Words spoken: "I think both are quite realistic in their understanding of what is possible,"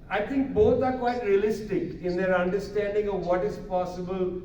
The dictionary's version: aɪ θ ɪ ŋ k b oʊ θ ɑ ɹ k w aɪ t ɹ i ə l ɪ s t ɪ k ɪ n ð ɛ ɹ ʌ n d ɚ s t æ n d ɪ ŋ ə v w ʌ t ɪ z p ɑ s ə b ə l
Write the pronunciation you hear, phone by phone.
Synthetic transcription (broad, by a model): aɪ t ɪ ŋ k b oʊ t ɑ ɹ k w aɪ t ɹ i ə l ɪ s t ɪ k ɪ n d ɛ ɹ ʌ n d ɚ s t æ n d ɪ ŋ ə v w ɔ t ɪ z p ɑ s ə b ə l